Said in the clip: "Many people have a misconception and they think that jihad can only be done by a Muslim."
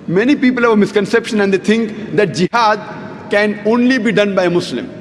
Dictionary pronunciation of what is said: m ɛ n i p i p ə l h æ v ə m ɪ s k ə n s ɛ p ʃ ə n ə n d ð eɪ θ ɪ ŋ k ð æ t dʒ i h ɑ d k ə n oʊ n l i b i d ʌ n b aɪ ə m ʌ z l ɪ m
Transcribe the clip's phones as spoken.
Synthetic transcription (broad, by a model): m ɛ n i p i p ə l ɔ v ə m ɪ s k ə n s ɛ p ʃ ə n ə n d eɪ t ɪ ŋ k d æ t dʒ i h ɑ d k ə n oʊ n l i b i d ʌ n b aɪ ə m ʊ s l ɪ m